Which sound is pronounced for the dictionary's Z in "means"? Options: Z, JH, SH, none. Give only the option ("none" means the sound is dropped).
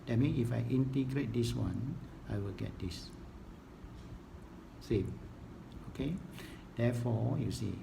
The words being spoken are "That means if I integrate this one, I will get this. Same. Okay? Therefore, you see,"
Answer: none